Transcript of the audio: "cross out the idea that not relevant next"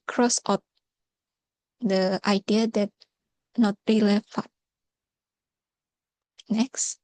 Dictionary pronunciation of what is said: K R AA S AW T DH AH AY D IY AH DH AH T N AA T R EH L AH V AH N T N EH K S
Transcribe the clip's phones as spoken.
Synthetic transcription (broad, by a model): K R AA S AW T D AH AY D IY AH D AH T N AA T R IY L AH F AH T N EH K S